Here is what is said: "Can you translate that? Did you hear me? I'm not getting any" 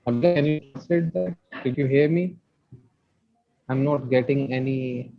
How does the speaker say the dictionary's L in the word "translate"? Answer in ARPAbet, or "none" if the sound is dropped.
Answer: none